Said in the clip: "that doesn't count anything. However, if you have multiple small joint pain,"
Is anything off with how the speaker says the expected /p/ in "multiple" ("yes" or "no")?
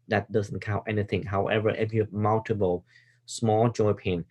yes